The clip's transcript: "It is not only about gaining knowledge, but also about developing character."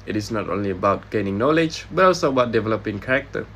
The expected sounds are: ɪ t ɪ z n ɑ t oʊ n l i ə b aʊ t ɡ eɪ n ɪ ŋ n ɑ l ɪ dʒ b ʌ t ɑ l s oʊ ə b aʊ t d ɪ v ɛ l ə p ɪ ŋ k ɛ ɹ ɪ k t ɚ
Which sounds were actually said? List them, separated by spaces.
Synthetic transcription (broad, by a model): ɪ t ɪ s n ɑ t oʊ n l i ə b aʊ t ɡ eɪ n ɪ ŋ n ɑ l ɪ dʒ b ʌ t ɑ l s oʊ ə b aʊ t d ɪ v ɛ l ə p ɪ ŋ k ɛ ɹ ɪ k t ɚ